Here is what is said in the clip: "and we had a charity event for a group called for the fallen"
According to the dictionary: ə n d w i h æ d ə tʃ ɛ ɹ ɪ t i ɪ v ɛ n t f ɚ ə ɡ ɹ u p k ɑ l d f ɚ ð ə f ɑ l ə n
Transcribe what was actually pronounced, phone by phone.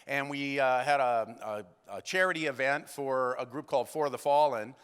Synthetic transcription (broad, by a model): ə n w i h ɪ d ə tʃ ɛ ɹ ɪ t i ɪ v ɛ n t f ɚ ə ɡ ɹ u p k ɑ l d f ɚ ð ə f ɑ l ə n